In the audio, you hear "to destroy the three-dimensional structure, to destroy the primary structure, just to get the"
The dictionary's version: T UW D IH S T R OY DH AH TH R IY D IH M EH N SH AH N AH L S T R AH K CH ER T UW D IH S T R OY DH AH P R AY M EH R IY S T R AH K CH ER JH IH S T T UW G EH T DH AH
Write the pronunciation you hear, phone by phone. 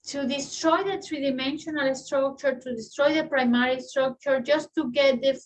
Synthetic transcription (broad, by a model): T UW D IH S T R OY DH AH T R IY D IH M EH N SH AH N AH L S T R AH K CH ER T UW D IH S T R OY DH AH P R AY M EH R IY S T R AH K CH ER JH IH S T T UW G EH T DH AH